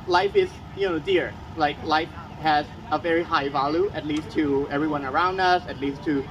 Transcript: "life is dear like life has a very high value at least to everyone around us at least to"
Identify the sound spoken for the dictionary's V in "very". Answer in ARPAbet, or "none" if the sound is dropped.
V